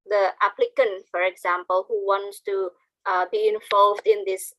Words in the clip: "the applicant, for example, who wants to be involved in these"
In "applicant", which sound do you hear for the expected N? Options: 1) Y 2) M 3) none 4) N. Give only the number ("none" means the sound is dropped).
4